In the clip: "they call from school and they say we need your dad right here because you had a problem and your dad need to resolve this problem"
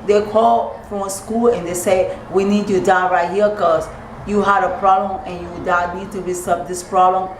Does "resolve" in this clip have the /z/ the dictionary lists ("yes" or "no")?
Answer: no